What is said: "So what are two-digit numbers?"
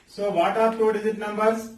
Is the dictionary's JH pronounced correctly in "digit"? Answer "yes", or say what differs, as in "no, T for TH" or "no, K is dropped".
no, Z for JH